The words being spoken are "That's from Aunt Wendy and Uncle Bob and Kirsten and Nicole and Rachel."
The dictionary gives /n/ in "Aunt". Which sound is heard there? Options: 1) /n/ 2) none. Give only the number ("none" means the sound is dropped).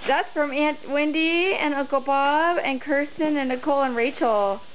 1